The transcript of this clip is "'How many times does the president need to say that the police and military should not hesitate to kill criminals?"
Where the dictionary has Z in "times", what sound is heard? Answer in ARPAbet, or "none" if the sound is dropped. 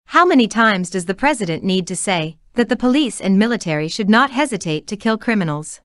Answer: Z